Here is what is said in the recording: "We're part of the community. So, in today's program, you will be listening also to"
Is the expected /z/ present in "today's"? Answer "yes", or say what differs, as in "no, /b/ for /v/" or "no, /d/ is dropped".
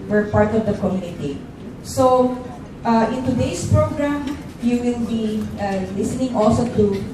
no, /s/ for /z/